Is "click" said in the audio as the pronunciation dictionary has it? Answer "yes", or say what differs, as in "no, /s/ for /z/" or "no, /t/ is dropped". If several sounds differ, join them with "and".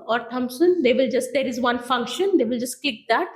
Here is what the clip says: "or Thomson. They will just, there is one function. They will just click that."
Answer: no, /l/ is dropped